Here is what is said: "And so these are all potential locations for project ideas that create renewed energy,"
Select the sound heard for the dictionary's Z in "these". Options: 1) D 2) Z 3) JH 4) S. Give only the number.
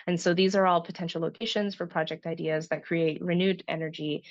2